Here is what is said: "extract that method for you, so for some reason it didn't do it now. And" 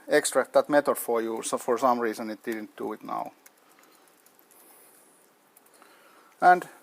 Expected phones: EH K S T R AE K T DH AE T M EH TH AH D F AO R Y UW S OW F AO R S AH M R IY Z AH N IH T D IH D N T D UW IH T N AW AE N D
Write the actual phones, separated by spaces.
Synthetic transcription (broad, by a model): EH K S T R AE K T DH AE T M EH T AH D F AO R Y UW S OW F AO R S AH M R IY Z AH N IH T D IH D N T D UW IH T N AW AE N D